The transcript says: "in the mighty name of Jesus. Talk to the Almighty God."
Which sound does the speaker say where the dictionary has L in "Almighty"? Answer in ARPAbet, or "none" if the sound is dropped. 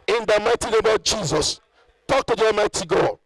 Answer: none